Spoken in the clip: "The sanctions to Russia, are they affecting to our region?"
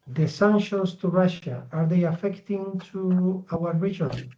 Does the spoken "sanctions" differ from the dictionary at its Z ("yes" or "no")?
yes